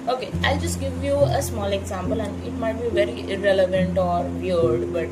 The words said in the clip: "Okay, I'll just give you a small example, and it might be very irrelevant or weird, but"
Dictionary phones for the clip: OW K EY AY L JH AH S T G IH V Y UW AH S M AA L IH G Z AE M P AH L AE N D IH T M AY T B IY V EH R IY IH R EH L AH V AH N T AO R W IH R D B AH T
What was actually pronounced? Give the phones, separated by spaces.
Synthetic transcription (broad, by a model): OW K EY AY L JH AH S T G IH V Y UW AH S M AA L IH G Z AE M P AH L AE N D IH T M AY T B IY V EH R IY IH R EH L AH V AH N T AO R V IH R D B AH T